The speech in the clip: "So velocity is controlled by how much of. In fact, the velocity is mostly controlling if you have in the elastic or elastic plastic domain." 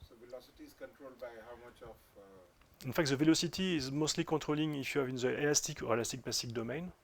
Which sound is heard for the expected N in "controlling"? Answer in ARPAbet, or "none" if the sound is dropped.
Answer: none